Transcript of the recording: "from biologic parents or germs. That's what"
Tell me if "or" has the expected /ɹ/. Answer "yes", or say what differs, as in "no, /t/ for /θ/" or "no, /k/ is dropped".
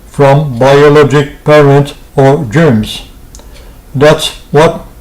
yes